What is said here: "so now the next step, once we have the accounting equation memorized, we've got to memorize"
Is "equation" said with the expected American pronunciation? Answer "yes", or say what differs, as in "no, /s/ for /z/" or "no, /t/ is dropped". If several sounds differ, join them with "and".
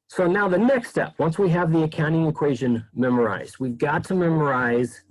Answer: yes